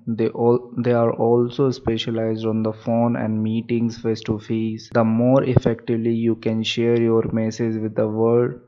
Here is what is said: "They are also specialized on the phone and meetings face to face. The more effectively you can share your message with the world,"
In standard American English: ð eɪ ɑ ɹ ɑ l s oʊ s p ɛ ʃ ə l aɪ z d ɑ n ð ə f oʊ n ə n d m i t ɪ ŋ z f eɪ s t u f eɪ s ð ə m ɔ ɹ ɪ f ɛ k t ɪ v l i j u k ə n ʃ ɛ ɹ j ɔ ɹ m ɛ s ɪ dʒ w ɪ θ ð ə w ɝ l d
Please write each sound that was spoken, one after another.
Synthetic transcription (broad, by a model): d eɪ ɑ ɹ ɑ l s oʊ s p ɛ ʃ ə l aɪ z d ɑ n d ə f oʊ n ə n d m i t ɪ ŋ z f eɪ s t u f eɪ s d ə m ɔ ɹ ɪ f ɛ k t ɪ v l i j u k ə n ʃ ɛ ɹ j ɔ ɹ m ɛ s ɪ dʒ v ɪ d ə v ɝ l d